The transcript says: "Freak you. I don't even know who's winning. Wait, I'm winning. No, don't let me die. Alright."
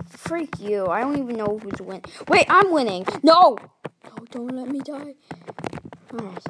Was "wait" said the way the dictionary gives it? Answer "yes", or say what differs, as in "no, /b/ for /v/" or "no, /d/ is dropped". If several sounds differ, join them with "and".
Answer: yes